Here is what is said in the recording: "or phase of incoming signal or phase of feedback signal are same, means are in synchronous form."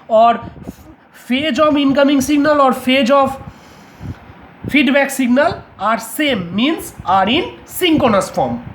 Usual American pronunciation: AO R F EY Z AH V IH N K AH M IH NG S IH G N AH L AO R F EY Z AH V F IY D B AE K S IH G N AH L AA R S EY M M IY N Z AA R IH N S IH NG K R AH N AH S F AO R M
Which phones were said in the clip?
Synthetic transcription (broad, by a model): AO R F EY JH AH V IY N K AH M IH NG S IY G N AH L AO R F EY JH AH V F IY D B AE K S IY G N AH L AA R S EY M M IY N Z AA R IH N S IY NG K AH N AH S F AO R M